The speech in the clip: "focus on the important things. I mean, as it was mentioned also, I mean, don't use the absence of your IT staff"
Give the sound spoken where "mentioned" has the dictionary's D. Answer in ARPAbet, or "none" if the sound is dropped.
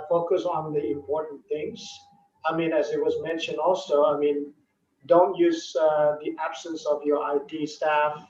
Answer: D